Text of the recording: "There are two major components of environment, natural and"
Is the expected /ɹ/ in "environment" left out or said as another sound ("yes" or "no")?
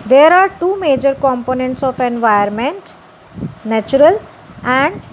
yes